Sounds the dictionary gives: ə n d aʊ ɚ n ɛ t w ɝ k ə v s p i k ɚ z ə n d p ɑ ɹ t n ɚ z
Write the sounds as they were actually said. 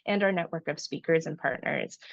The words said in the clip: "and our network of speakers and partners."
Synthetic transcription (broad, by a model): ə n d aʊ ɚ n ɛ t w ɝ k ə v s p i k ɚ z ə n p ɑ ɹ t n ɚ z